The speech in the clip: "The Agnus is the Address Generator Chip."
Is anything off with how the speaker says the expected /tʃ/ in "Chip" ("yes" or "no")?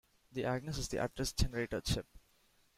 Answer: yes